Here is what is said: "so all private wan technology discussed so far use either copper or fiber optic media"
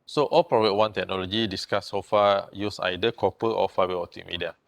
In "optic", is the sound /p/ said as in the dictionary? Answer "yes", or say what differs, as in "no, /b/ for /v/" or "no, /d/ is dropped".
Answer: no, /p/ is dropped